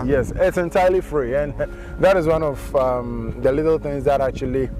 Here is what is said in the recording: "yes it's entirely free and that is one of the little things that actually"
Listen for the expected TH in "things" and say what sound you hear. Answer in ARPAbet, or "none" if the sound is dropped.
TH